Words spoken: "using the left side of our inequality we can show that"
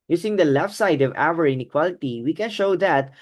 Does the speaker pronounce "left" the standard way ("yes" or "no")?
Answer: yes